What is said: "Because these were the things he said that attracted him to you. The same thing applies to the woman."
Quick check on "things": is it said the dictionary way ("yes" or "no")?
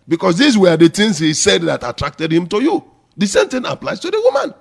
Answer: no